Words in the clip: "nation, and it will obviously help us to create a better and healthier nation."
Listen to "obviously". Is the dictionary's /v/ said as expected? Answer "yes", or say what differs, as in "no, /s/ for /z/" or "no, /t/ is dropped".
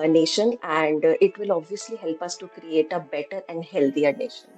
yes